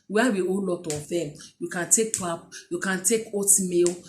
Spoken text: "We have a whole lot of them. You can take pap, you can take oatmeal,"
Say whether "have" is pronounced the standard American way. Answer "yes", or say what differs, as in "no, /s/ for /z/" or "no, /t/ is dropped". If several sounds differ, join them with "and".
no, /w/ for /v/